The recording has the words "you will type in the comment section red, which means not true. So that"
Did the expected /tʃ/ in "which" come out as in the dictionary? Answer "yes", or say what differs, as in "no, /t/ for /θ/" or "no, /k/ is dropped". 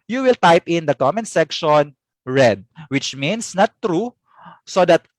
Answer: yes